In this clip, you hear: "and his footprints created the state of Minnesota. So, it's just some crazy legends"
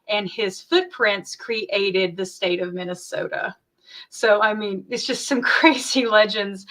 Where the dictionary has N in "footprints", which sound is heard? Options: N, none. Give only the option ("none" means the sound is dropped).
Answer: N